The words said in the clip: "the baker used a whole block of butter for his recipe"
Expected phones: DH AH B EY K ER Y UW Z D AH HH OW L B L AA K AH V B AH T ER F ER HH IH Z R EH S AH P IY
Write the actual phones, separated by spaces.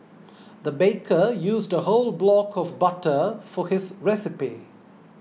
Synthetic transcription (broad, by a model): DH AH B EY K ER Y UW Z D AH HH OW L B L AA K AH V B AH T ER F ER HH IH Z R EH S AH P IY